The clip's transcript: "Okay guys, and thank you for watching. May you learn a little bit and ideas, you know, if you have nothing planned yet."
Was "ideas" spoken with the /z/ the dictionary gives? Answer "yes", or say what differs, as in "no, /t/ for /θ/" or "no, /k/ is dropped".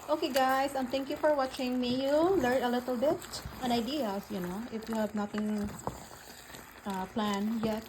no, /s/ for /z/